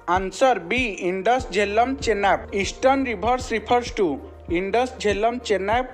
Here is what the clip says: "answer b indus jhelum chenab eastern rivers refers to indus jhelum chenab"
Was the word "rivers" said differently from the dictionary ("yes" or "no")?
yes